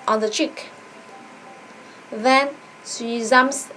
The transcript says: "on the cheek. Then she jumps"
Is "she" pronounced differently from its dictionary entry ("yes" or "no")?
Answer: yes